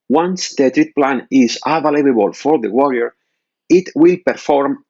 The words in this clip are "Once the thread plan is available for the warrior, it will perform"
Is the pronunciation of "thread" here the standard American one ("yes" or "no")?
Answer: no